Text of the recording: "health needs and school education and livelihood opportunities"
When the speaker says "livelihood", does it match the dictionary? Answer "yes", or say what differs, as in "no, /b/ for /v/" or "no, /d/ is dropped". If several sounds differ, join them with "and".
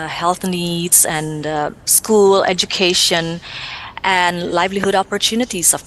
yes